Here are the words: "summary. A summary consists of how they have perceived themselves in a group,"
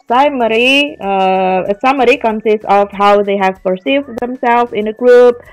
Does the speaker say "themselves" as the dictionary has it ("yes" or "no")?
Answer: no